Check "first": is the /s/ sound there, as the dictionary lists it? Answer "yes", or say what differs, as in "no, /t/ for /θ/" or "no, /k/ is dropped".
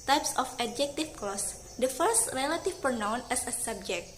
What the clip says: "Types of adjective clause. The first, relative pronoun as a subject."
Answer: yes